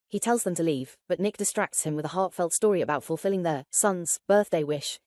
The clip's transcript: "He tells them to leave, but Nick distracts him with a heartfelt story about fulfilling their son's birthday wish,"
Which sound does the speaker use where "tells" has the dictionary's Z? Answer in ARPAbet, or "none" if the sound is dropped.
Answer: Z